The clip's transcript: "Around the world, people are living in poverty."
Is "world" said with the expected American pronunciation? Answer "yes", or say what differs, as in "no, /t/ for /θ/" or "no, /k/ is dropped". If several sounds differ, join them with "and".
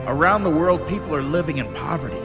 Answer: yes